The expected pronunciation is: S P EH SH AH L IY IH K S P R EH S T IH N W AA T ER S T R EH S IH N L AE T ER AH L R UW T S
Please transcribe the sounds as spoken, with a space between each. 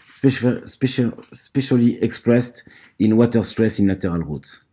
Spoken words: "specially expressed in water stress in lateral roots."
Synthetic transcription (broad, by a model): S P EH SH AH L IY IH K S P R EH S T IH N W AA T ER S T R EH S IH N L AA T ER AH L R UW T